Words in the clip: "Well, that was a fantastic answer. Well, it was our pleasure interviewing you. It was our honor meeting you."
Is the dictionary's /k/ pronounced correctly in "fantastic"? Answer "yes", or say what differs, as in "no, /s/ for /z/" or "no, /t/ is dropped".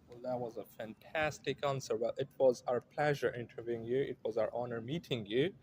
yes